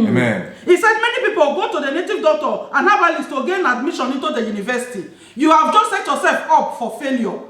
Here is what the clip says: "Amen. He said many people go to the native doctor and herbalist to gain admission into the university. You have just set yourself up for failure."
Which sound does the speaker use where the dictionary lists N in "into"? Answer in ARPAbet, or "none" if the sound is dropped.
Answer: N